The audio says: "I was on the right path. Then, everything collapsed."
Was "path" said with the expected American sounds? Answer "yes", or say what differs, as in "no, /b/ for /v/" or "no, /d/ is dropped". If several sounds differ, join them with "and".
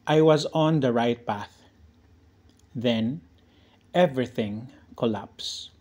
yes